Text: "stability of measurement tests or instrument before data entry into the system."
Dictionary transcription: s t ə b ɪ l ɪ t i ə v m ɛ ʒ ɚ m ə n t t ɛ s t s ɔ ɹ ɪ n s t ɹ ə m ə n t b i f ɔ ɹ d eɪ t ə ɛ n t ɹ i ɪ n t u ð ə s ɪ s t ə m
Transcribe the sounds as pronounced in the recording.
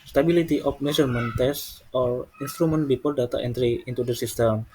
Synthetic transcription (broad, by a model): s t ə b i l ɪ t i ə f m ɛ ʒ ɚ m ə n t t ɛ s s ɔ ɹ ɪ n s t ɹ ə m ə n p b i p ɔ l d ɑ t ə ɛ n t ɹ i ɪ n t u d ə s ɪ s t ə m